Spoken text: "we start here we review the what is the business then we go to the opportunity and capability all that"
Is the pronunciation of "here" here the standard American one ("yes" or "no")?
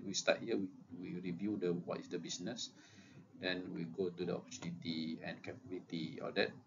no